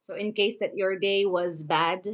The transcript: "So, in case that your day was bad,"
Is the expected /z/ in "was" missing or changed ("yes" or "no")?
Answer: no